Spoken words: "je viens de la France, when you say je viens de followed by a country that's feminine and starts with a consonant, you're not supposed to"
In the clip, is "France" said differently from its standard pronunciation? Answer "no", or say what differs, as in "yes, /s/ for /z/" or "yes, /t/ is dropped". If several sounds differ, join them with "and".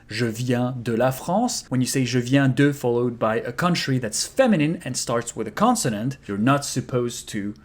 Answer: yes, /n/ is dropped